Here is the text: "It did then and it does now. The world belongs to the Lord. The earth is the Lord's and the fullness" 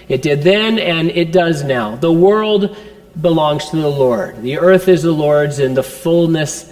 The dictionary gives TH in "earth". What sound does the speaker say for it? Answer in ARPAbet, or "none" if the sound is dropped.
TH